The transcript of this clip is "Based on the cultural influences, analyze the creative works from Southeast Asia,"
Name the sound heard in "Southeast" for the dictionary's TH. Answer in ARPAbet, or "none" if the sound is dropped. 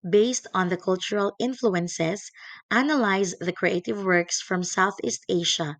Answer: TH